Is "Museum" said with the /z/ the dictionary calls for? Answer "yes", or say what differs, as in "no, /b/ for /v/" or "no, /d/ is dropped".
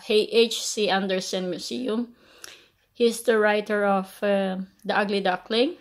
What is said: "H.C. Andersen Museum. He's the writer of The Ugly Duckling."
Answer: no, /s/ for /z/